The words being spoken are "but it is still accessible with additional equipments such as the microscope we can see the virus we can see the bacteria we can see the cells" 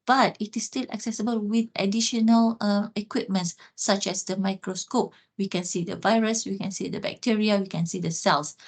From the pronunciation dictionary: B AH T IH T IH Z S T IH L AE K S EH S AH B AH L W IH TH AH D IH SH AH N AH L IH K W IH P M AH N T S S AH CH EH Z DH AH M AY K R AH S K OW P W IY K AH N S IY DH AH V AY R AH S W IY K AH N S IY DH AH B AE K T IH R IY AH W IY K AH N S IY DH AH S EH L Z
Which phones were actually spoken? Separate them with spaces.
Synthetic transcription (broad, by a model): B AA T IH T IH S T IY L AE K S EH S AH B AH L W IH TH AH D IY SH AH N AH L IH K W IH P M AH N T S S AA CH EH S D AH M AY K R AH S K OW P W IY K AH N S IY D AH V AY R AH S W IY K AH N S IY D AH B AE K T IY R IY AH W IY K AH N S IY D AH S EH L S